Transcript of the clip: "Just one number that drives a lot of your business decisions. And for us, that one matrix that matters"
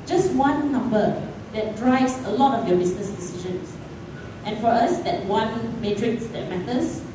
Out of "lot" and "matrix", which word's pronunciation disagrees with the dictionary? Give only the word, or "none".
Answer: none